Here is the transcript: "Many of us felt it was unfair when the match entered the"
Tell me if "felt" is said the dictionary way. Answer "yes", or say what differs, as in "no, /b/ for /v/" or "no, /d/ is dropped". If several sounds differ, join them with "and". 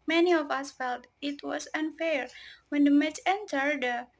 yes